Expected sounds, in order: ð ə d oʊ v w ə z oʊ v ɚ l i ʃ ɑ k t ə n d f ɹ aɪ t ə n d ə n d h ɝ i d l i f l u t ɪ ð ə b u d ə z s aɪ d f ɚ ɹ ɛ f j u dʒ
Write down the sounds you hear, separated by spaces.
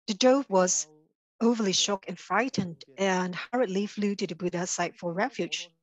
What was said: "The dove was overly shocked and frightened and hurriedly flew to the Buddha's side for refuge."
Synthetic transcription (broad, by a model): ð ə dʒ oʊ b w ə z oʊ v ɚ l i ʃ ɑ k ə n f ɹ aɪ t ə n d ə n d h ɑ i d l i f l u t ɪ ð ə b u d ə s aɪ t f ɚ ɹ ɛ f j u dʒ